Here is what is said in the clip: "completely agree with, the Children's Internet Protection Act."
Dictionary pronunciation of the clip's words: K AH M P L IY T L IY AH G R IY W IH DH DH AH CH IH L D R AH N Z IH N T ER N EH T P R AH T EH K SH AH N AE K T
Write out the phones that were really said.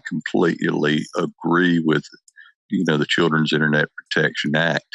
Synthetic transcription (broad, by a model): K M P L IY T L IY AH G R IY W IH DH DH AH CH IH L D R AH N Z IH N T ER N EH T P R AH T EH K SH AH N AE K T